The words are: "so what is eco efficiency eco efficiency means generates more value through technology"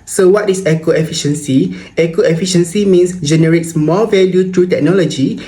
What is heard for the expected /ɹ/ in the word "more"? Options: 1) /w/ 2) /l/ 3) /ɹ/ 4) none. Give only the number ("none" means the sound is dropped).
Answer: 2